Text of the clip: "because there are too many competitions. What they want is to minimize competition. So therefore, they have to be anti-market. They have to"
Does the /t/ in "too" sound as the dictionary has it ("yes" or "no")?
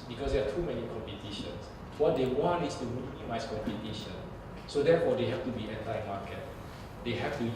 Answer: yes